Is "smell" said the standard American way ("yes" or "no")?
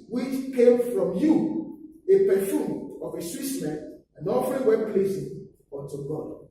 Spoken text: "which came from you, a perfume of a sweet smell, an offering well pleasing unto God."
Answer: no